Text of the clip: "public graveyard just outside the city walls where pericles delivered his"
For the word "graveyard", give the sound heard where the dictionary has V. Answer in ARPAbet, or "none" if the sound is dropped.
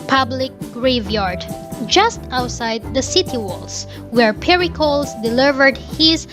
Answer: V